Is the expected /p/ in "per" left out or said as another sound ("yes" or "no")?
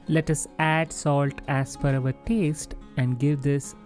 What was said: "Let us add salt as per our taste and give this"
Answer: yes